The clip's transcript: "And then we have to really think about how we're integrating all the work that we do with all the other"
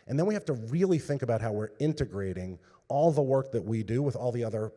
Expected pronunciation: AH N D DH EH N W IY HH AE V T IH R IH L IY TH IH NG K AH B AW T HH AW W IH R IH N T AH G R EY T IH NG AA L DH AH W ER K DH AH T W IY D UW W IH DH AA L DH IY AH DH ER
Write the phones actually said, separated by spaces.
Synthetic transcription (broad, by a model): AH N DH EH N W IY HH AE F T IH R IH L IY TH IH NG K AH B AW T HH AW W IH R IH N T AH G R EY T IH NG AA L DH AH W ER K DH AH T W IY D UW W IH DH AA L DH IY AH DH ER